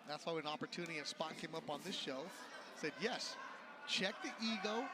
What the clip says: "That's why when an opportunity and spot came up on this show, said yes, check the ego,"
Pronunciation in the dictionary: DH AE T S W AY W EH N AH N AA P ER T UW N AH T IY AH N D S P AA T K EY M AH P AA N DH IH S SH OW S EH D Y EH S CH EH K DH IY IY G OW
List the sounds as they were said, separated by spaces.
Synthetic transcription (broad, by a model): DH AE T S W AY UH AH N AA P ER T UW N AH T IY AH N S P AA T K EY M AH P N DH IH S SH OW S EH D Y EH S CH EH K DH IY IY G OW